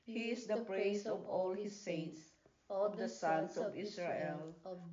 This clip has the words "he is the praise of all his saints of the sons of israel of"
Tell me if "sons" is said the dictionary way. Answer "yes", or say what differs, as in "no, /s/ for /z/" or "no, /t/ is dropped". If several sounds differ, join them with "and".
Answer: no, /s/ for /z/